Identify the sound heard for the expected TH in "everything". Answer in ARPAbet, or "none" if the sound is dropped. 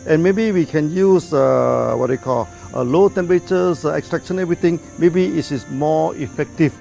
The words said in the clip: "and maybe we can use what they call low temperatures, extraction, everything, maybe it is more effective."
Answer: T